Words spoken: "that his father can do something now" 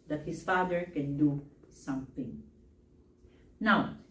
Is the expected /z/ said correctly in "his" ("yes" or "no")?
no